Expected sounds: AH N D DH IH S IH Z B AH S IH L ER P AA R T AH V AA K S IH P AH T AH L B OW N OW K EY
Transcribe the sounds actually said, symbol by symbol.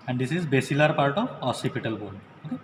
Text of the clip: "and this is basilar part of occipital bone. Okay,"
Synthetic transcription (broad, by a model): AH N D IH S IH Z B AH S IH L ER P AA R T AH V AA S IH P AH T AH L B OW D OW K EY